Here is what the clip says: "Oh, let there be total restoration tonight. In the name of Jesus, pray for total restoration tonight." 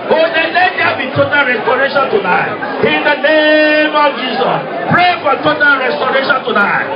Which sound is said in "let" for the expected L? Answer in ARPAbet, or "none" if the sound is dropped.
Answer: N